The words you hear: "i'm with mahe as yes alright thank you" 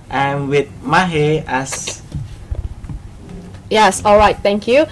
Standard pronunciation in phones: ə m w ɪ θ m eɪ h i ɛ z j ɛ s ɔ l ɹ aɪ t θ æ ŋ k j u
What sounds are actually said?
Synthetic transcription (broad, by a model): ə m w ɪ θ m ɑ h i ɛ s j ɛ s ɔ l ɹ aɪ t t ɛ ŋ k j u